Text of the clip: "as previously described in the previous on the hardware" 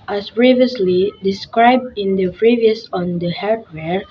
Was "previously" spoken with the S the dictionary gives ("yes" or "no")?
yes